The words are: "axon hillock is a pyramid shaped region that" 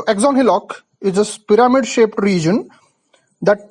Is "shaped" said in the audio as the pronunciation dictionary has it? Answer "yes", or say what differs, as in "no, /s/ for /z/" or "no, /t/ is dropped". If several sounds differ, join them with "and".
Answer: yes